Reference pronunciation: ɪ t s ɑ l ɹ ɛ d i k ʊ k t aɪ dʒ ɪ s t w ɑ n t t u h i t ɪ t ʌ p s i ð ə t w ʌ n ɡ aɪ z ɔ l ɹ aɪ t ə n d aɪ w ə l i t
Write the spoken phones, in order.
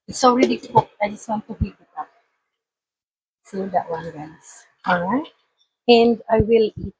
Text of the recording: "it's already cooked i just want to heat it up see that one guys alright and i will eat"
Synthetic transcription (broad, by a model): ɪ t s ɑ l ɹ ɛ d i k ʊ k aɪ dʒ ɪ s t w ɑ n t t u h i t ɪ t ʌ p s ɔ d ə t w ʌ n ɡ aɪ s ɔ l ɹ aɪ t ə n d aɪ w ə l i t